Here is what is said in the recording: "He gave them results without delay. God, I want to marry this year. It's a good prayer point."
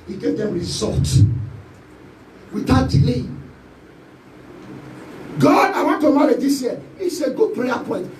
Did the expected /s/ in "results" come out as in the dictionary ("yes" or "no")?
no